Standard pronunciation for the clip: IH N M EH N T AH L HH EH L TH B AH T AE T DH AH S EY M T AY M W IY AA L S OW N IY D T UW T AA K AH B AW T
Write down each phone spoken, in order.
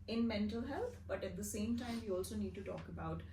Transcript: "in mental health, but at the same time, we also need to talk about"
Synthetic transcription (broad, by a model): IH N M EH N T AH L HH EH L T B AH T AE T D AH S EY M T AY M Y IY AA L S OW N IY D T UW T AA K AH B AW T